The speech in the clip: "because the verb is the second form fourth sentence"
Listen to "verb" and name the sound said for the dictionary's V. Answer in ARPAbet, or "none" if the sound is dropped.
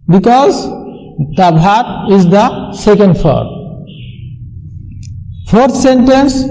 B